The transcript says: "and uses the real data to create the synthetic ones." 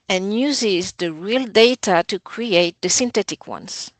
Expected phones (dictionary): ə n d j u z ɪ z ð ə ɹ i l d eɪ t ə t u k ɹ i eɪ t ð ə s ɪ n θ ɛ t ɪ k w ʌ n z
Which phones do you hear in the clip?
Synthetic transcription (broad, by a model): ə n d j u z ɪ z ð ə ɹ i l d eɪ t ə t u k ɹ i eɪ t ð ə s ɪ n t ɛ t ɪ k w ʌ n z